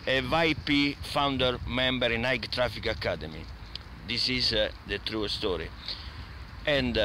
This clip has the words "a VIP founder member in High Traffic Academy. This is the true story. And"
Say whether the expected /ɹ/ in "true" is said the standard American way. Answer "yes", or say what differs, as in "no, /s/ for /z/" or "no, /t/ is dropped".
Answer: yes